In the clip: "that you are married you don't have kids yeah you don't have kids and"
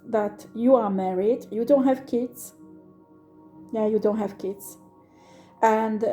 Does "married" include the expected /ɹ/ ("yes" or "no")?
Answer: yes